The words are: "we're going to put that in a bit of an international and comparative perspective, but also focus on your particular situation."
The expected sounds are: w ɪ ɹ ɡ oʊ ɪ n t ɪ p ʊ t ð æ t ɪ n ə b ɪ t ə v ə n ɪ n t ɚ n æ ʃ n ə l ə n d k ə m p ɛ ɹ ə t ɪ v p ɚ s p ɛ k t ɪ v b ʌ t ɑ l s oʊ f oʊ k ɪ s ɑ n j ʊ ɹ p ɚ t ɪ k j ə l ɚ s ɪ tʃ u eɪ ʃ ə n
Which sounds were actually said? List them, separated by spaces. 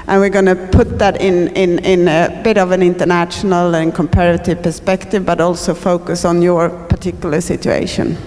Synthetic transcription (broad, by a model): w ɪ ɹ ɡ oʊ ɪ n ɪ p ʊ t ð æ t ɪ n ə b ɪ t ə v ə n ɪ n t ɚ n æ ʃ n ə l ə n k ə m p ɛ ɹ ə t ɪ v p ɚ s p ɛ k t ɪ v b ʌ t ɑ l s oʊ f oʊ k ɪ s n j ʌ ɹ p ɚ t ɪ k j l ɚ s ɪ tʃ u eɪ ʃ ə n